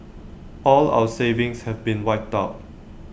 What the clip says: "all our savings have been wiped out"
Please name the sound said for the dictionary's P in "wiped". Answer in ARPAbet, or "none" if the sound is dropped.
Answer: none